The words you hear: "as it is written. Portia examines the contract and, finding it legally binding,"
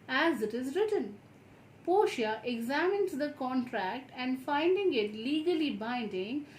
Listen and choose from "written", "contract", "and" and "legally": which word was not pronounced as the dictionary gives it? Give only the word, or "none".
none